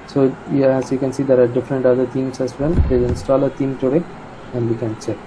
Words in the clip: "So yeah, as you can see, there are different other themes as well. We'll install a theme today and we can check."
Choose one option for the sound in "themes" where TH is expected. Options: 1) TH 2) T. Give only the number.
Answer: 2